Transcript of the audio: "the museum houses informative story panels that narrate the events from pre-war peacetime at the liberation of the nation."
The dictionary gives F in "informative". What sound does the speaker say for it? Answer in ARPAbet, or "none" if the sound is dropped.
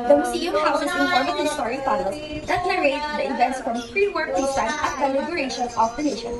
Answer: none